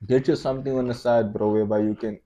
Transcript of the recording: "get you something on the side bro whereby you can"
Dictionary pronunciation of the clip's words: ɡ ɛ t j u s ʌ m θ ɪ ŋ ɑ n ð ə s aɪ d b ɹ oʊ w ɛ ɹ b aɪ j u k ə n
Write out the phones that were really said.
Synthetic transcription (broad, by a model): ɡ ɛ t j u s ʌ m t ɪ ŋ ɑ n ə s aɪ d b ɹ oʊ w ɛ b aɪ j u k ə n